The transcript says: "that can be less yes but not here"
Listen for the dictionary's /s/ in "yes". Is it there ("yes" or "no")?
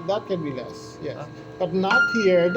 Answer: no